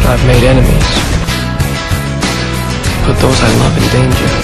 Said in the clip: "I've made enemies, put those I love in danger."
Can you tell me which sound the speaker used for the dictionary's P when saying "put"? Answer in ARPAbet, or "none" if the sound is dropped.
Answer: B